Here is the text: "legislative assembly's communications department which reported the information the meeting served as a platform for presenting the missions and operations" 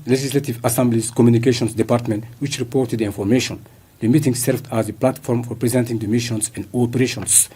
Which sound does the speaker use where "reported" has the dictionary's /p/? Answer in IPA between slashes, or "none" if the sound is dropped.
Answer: /p/